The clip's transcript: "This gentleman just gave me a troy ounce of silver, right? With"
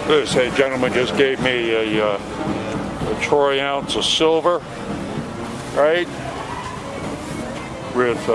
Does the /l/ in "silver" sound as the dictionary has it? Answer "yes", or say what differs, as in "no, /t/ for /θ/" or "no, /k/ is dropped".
yes